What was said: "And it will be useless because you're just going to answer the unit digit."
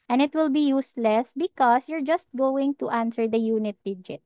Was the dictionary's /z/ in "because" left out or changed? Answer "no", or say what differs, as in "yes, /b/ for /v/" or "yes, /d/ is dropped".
yes, /s/ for /z/